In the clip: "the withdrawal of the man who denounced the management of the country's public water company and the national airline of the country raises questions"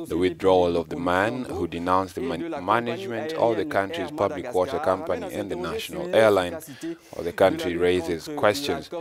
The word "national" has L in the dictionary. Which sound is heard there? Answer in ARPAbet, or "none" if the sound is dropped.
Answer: L